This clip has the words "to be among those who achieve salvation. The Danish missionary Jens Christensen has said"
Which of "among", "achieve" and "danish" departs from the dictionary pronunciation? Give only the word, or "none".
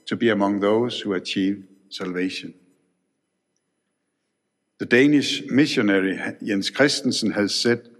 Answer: none